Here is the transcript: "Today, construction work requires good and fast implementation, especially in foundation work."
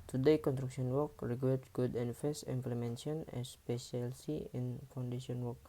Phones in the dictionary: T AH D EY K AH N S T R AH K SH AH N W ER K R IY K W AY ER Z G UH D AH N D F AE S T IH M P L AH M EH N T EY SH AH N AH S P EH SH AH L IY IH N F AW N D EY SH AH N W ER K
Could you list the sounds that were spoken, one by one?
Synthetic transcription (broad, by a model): T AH D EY K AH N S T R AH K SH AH N W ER K R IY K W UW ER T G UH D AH N F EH S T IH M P L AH M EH N S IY AH N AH S P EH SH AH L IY IH N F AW N D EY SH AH N W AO K